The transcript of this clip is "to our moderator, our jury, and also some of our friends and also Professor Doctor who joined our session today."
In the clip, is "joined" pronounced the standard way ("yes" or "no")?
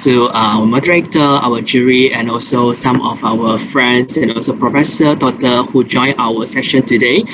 no